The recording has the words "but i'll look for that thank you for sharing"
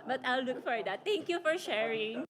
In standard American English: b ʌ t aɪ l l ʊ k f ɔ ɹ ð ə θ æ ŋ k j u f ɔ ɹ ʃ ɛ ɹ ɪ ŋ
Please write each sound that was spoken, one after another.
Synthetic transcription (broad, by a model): b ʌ t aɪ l l ʊ k f ɔ ɹ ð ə t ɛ ŋ k j u f ɔ ɹ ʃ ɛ ɹ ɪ ŋ